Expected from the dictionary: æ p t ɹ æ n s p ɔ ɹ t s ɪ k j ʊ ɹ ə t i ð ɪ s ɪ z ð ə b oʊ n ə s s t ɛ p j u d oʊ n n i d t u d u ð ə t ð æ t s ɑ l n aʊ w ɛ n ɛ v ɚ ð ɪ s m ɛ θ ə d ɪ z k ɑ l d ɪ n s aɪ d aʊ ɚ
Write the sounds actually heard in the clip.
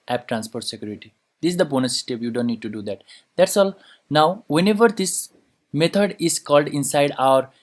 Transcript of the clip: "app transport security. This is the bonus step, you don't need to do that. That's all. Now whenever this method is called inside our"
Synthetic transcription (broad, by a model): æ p t ɹ æ n s p ɔ ɹ t s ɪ k j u ɹ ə t i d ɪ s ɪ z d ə b oʊ n ə s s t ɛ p j u d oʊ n n i d t u d u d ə t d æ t s ɑ l n aʊ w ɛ n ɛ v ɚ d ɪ s m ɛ t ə d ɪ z k ɑ l d ɪ n s aɪ d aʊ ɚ